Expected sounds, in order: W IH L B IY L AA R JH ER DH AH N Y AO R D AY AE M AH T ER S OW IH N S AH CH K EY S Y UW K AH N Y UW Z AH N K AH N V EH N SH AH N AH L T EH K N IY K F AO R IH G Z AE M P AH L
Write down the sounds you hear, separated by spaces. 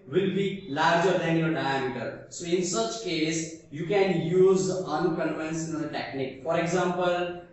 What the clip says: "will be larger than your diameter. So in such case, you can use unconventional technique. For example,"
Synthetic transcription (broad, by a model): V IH L B IY L AA R JH ER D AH N Y AO R D AY AE M AH T ER S OW IH N S AH CH K EY S Y UW K AH N Y UW Z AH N K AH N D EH N S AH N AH T EH K N IY K F AO R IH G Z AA M P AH L